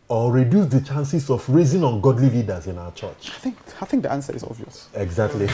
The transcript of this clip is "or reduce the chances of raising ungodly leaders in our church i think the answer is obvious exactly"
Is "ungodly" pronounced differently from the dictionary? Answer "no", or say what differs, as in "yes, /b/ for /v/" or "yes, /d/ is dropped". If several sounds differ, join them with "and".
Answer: no